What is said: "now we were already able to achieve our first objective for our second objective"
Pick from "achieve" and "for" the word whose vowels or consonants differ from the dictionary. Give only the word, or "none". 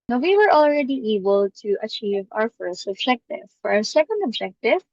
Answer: none